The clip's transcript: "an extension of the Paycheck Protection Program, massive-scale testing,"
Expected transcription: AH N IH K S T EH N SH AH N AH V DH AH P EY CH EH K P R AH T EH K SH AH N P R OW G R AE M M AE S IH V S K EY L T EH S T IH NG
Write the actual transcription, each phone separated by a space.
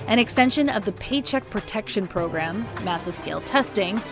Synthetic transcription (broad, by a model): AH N IH K S T EH N SH AH N AH V DH AH P EY CH EH K P R AH T EH K SH AH N P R OW G R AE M M AE S IH V S K EY L T EH S T IH NG